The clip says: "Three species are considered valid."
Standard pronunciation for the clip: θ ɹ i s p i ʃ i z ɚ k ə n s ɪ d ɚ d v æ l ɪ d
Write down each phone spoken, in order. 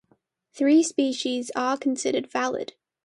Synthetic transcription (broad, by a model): θ ɹ i s p i ʃ i z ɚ k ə n s ɪ d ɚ d v æ l ɪ d